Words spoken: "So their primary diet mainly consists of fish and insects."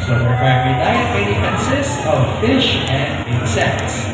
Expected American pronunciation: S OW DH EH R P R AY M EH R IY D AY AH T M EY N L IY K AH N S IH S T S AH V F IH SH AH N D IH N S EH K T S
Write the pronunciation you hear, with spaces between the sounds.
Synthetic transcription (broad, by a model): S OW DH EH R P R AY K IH L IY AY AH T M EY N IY K AH N S IH S T S AH V F IH SH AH N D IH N S EH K T S